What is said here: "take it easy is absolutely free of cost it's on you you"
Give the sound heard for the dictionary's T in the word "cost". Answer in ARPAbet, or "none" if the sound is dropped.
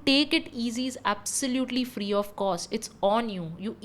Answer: none